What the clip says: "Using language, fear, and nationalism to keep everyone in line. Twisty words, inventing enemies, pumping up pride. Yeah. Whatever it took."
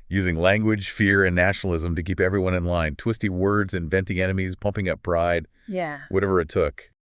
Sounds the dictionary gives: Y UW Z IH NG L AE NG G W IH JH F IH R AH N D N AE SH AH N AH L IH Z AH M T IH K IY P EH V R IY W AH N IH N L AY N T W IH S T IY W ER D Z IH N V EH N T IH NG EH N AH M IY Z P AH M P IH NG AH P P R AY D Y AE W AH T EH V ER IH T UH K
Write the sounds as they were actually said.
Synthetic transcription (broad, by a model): Y UW Z IH NG L AE NG G W IH JH F IH R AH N N AE SH N L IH Z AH M T IH K IY P EH V R IY W AH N IH N L AY N T W IH S T IY W ER D Z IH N V EH N T IH NG EH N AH M IY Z P AH M P IH NG AH P B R AY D Y AE W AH T EH V ER IH T UH K